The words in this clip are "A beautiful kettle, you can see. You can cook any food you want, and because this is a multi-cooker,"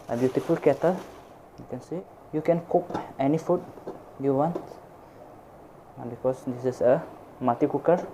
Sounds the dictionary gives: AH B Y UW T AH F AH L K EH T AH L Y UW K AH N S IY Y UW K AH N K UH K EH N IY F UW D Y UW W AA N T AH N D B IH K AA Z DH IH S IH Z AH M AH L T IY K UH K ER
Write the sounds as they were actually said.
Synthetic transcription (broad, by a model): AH B Y UW T AH F AH L K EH T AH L Y UW K AH N S IY Y UW K AH N K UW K EH N IY F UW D Y UW W AA N T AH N B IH K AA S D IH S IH S AH M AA T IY K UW K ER